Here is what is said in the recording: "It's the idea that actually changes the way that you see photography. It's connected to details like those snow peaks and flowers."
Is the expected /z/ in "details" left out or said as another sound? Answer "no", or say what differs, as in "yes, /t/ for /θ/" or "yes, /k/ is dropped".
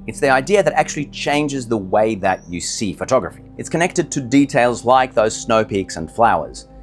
no